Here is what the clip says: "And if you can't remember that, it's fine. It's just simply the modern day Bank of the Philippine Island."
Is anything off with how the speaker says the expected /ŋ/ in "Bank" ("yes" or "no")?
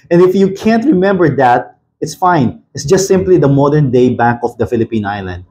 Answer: yes